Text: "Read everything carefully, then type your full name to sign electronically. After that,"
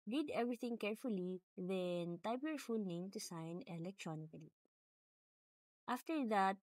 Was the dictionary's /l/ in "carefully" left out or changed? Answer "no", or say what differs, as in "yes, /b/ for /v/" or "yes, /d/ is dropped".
no